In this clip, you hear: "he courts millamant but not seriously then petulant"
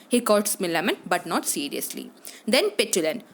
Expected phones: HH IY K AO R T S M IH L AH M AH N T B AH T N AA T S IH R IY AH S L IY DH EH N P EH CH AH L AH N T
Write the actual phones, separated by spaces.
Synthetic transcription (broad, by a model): HH IY K AO L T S M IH L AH M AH N B AH T N AA T S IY R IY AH S L IY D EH N P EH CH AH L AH N